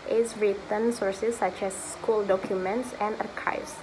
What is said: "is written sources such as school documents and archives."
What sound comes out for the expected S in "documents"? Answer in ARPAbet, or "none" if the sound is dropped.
S